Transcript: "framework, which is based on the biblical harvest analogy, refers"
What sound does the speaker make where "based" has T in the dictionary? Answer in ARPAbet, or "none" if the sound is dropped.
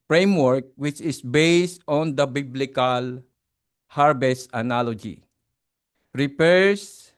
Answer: T